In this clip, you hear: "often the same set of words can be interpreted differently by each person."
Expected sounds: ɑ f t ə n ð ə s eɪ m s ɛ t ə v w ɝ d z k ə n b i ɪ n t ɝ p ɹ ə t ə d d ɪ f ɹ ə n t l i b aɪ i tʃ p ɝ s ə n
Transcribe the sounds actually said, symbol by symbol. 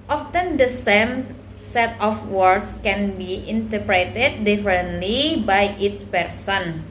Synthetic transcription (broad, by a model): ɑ f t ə n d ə s eɪ m s ɛ t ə f w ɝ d s k ə n b i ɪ n t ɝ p ɹ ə t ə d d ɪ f ɹ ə n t l i b aɪ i s p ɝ s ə n